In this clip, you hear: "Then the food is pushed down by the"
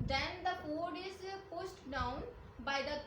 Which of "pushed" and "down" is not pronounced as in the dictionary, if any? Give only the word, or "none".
pushed